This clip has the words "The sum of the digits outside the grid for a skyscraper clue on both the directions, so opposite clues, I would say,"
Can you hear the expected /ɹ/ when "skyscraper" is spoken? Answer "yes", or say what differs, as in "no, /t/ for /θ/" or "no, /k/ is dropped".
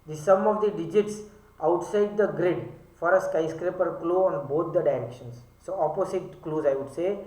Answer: yes